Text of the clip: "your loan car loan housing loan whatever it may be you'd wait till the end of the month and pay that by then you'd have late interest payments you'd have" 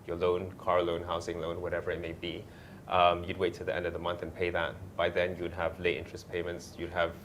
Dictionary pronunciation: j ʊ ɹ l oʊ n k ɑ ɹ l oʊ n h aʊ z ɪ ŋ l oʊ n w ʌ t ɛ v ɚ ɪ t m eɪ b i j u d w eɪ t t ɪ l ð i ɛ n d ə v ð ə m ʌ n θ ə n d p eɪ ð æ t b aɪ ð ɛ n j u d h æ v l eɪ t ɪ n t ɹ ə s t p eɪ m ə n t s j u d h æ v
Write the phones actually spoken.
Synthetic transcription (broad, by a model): j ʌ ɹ l oʊ n k ɑ ɹ l oʊ n h aʊ s ɪ ŋ l oʊ n w ʌ t ɛ v ɚ ɪ t m eɪ b i j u d w eɪ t t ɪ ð i ɛ n d ə v ð ə m ʌ n θ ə n p eɪ ð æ t b aɪ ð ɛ n j u d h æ v l eɪ t ɪ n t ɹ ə s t p eɪ m ə n t s j u d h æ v